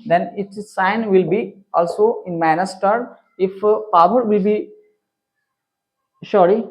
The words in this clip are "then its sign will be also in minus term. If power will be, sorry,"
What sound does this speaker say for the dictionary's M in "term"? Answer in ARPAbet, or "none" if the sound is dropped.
none